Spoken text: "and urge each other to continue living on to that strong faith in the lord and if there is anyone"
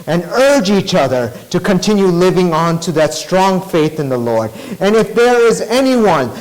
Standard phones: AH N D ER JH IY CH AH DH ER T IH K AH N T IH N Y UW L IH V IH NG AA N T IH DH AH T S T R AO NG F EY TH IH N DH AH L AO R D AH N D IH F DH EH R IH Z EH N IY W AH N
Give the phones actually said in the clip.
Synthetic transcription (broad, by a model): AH N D ER JH IY CH AH DH ER T IH K AH N T IH N Y UW L IH V IH NG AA N T IH DH AH T S T R AO NG F EY TH IH N DH AH L AO R D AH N IH F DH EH R IH Z EH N IY W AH N